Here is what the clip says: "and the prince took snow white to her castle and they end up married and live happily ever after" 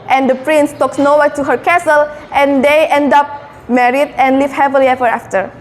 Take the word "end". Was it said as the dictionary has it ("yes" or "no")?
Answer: yes